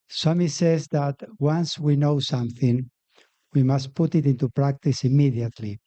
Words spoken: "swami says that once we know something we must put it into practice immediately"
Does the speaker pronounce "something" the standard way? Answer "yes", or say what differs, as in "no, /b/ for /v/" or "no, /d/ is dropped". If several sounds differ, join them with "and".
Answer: yes